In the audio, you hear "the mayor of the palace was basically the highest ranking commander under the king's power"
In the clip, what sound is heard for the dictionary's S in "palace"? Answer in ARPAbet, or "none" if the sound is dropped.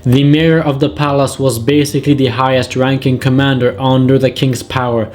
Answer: S